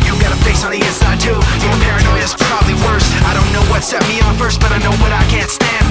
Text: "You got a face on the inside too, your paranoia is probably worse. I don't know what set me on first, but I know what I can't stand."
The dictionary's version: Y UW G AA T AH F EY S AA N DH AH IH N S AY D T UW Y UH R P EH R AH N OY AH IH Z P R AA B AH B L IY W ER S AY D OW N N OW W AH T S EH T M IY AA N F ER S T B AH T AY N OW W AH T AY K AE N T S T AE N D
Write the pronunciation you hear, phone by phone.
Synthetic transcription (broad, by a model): Y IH G AA T AH F EY S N DH AH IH S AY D T UW Y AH R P EH R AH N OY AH IH Z P R AA B AH B L IY W ER S AY D OW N N OW W AH T S EH T M IY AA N F ER S T B AH T AY N OW W AH T AY K AE N T S T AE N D